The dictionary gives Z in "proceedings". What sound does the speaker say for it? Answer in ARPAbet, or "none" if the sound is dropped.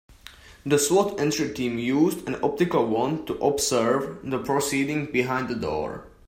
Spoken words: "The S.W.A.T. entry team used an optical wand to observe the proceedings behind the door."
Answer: none